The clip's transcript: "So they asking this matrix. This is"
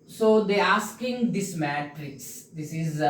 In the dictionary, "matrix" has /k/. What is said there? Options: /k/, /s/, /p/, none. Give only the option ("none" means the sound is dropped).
none